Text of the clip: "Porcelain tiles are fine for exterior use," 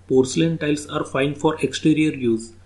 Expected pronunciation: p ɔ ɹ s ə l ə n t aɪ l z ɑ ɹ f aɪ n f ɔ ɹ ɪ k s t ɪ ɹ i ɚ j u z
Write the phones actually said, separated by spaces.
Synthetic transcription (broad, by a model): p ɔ ɹ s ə l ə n t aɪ l s ɑ ɹ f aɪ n f ɔ ɹ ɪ k s t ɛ ɹ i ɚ j u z